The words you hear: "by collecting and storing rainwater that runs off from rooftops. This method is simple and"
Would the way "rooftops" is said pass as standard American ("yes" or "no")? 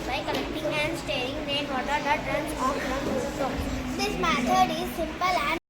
no